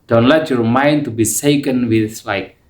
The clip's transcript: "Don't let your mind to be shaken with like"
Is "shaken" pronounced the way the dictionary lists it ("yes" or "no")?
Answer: no